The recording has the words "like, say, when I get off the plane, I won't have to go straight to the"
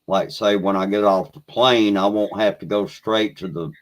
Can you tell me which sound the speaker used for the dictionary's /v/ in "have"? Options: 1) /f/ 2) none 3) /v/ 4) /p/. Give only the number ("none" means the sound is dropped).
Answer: 1